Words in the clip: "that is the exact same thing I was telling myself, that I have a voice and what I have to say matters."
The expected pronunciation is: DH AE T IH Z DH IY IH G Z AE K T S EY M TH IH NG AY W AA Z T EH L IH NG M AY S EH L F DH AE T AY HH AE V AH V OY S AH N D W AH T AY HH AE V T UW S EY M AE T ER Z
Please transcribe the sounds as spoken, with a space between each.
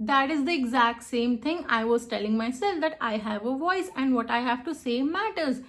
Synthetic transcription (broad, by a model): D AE T IH Z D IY IH G Z AE K T S EY M T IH NG AY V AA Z T EH L IH NG M AY S EH L F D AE T AY HH AE V AH V OY S AH N D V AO T AY HH AE V T UW S EY M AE T ER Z